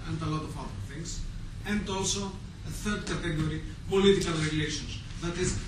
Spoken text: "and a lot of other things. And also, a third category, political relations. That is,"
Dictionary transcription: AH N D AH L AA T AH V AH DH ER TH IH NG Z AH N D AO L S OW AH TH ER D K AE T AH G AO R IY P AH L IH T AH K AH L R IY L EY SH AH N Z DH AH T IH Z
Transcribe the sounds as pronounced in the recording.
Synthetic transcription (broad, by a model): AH N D AH L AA T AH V AH DH ER TH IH NG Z AH N D AO L S OW AH TH ER D K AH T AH G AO R IY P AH L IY T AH K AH L R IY L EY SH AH N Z DH AH T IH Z